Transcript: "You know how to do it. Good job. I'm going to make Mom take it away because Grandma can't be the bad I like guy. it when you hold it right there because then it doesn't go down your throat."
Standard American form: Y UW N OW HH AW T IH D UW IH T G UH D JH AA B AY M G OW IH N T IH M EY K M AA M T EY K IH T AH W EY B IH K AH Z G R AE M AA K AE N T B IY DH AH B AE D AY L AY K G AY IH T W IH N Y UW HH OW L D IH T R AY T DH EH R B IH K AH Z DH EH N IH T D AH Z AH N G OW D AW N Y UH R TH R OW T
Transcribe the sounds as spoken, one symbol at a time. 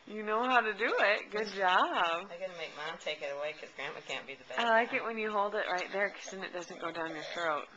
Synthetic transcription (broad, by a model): Y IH N OW HH AW T IH D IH IH T G UH D JH AA B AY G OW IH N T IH M EY K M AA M T EY K IH T AH W EY IH K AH Z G R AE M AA K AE N B IY DH AH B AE AY L AY K IH T W IH N Y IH HH OW L D IH T R AY T DH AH R K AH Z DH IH N IH T D AH Z AH N G OW D AW N Y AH R TH R OW T